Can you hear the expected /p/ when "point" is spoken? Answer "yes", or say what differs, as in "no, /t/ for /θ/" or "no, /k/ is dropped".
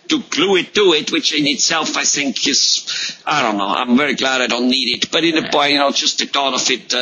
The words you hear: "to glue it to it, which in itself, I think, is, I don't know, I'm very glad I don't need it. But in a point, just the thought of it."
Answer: no, /b/ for /p/